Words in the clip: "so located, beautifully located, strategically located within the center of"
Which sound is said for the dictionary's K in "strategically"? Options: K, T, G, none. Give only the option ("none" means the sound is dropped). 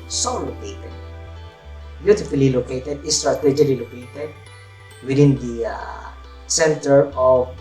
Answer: none